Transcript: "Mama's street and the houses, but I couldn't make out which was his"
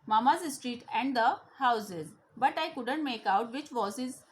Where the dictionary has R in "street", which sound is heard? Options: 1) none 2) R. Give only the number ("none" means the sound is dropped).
2